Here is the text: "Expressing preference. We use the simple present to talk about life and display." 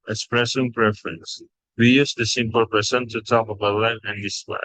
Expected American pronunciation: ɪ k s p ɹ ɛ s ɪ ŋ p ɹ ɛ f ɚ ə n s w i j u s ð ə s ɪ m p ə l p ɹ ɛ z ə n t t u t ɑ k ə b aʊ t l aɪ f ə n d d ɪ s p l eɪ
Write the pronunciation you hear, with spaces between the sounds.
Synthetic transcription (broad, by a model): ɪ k s p ɹ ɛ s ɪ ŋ p ɹ ɛ f ɚ ə n s w i j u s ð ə s ɪ m p ə l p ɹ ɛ s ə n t t u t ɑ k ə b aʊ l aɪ ə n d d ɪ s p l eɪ